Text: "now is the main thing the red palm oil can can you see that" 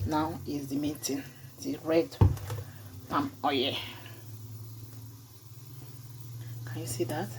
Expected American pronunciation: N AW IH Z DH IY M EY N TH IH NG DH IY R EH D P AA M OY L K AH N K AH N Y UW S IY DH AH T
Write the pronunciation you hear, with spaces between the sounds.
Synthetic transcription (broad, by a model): N AW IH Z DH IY M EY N T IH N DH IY R EH D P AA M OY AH K AH N Y UW S IY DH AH T